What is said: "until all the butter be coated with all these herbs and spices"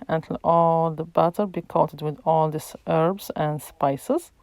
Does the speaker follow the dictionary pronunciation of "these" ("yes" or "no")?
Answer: no